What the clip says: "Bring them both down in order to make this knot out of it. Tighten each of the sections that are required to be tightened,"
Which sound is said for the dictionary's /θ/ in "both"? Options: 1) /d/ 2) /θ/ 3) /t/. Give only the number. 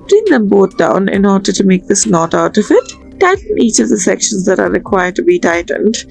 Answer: 3